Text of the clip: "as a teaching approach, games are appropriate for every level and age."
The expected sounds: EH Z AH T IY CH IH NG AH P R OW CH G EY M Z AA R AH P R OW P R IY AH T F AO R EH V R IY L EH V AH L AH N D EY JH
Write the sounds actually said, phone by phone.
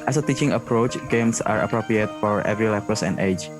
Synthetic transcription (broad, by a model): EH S AH T IY CH IH NG AH P R OW CH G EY M S AA R AH P R OW P R IY AH T F AO R EH V R IY L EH P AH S AH N D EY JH